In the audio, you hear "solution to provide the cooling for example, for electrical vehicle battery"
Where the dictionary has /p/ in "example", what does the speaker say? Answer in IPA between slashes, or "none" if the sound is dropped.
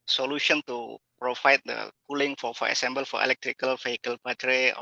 /b/